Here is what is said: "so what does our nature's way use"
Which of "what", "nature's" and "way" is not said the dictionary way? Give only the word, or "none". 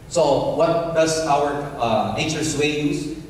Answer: nature's